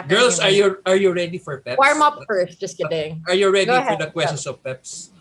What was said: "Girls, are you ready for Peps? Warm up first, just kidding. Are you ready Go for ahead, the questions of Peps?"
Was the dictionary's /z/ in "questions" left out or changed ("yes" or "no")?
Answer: yes